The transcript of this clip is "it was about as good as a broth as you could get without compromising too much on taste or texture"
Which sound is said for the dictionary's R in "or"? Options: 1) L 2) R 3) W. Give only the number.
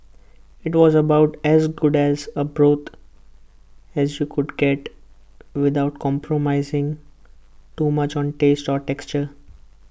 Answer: 2